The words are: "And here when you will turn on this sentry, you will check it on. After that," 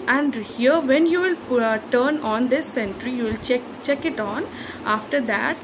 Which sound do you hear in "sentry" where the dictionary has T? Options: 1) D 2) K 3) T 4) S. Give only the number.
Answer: 3